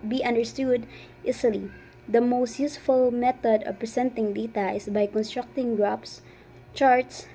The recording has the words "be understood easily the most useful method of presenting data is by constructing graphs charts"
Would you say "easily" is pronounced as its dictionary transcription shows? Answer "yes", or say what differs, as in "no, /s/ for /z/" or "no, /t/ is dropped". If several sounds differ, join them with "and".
no, /s/ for /z/